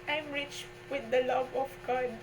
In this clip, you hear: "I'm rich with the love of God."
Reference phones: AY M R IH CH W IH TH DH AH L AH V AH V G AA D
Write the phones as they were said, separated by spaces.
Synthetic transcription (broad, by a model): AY M R IH CH W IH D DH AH L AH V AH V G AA D